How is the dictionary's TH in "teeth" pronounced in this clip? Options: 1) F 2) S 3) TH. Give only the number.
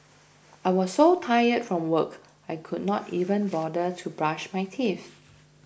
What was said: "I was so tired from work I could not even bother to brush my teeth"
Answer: 1